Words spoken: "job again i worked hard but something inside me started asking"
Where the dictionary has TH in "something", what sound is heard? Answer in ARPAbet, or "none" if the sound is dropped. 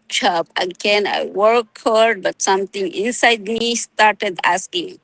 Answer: T